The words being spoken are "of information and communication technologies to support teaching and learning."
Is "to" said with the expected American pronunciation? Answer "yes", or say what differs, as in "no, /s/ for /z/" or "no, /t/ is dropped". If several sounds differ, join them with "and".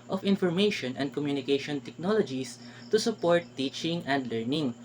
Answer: yes